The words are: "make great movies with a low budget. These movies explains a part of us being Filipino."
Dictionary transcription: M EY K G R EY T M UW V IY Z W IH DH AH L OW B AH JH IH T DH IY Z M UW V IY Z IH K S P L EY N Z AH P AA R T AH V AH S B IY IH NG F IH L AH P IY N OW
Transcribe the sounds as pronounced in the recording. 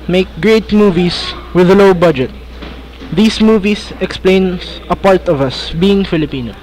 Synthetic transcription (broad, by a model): M EY K G R EY T M UW V IY S W IH DH AH L OW B AH JH IH T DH IY S M UW V IY S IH K S P L EY N AH P AA R T AH V AH S B IY IH NG F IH L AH P IY N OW